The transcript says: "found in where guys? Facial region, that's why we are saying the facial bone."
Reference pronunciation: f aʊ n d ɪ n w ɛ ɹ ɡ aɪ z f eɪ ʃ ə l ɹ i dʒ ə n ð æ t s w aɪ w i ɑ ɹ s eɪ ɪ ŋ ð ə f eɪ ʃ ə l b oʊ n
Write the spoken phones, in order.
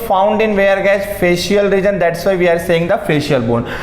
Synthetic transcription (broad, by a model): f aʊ n d ɪ n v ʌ ɹ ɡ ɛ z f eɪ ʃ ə l ɹ i dʒ ə n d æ t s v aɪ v i ɑ ɹ s eɪ ɪ ŋ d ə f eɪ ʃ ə l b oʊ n